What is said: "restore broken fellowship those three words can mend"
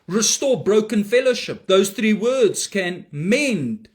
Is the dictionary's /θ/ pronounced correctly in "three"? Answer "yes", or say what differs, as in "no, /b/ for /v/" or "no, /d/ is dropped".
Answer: yes